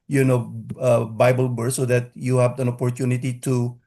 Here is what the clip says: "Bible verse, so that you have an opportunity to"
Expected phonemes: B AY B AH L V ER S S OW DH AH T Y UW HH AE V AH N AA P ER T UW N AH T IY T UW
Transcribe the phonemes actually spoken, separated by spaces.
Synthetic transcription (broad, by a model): B AY B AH L B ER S S OW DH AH T Y UW HH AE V AH N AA P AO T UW N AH T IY T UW